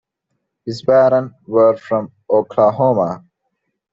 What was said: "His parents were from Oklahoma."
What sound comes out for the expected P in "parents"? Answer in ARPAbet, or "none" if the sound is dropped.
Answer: B